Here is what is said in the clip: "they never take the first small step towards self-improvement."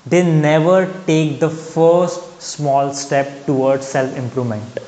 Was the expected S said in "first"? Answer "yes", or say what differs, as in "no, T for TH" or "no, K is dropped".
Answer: yes